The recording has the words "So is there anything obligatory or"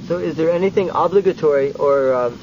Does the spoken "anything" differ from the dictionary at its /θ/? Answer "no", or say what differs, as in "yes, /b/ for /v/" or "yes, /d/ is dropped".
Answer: no